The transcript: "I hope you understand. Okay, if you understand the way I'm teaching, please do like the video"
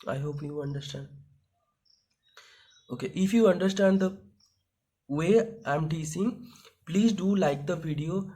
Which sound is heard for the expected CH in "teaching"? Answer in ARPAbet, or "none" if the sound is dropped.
S